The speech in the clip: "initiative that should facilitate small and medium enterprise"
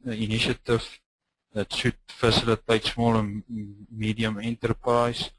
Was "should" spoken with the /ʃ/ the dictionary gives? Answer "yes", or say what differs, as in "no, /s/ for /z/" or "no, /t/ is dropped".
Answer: no, /s/ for /ʃ/